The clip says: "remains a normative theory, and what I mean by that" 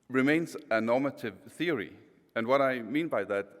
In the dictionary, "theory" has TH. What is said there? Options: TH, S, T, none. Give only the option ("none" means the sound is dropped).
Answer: TH